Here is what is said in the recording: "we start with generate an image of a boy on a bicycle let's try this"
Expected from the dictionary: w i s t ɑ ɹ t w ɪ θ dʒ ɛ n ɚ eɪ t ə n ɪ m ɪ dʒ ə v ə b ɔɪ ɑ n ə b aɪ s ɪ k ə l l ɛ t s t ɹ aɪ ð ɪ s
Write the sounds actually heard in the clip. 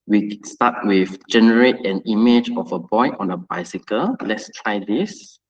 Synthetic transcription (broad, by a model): w i s t ɑ t w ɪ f dʒ ɛ n ɚ eɪ t ə n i m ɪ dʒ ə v ə b ɔɪ ɑ n ə b aɪ s ɪ k ə l l ɛ t s t ɹ aɪ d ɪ s